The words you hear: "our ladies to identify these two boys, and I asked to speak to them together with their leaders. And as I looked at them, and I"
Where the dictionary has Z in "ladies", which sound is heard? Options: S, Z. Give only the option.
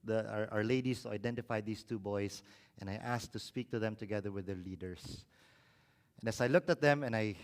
S